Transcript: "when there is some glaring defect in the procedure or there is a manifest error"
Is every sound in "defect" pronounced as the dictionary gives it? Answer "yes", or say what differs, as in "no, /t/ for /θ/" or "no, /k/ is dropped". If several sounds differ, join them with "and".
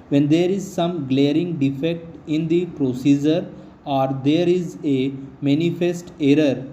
yes